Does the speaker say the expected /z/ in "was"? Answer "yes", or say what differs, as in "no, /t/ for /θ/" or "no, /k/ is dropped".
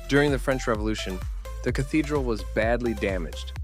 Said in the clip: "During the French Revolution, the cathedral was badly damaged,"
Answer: yes